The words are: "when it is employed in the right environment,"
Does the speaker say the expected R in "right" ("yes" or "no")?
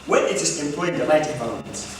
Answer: no